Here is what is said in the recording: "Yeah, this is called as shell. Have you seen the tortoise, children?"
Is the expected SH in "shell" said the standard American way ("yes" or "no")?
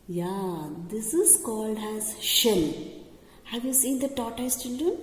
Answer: yes